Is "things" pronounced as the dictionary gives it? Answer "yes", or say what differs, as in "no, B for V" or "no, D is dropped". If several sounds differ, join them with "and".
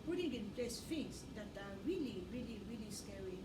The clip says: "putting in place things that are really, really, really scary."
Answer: no, F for TH and S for Z